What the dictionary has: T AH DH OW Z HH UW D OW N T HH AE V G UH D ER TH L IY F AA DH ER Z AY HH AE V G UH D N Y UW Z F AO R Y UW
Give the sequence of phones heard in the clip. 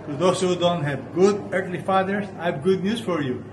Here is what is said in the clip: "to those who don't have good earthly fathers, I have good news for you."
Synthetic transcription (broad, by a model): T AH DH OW S HH UW D OW N T HH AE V G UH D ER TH L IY F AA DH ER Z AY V G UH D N Y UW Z F AO R Y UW